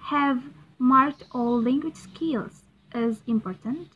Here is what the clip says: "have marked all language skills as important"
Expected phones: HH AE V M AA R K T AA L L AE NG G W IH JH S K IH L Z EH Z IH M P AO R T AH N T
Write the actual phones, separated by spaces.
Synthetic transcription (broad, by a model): HH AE V M AA R K T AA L L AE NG G W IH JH S K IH L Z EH Z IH M P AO R T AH N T